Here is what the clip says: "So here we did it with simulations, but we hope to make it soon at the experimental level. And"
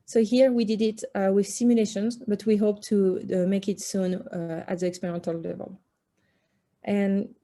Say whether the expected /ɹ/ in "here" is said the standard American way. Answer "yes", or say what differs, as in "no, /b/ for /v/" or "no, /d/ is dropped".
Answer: yes